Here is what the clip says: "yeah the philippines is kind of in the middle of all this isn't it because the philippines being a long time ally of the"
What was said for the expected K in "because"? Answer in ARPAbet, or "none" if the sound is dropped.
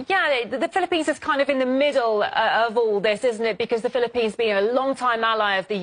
K